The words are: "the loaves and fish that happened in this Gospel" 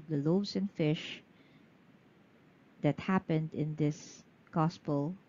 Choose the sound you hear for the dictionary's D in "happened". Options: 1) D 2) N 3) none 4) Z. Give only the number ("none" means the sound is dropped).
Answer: 1